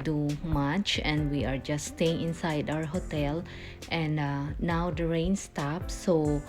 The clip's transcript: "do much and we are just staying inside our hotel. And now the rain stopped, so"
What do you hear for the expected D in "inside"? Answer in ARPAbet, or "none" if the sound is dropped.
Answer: D